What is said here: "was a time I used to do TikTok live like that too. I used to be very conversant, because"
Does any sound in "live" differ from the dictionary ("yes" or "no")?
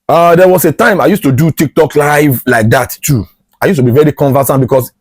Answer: no